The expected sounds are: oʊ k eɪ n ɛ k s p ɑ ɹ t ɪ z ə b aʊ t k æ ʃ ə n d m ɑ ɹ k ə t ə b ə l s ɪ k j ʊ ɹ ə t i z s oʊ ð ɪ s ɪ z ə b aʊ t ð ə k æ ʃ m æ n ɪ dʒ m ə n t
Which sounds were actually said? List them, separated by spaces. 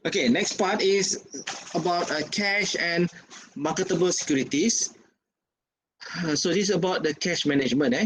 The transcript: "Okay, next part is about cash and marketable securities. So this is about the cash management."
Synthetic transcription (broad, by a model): oʊ k eɪ n ɛ k s p ɑ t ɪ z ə b aʊ t k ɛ ʃ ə n m ɑ k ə t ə b ə l s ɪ k j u ɹ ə t i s s oʊ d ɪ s ə b aʊ t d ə k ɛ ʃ m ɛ n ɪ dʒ m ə n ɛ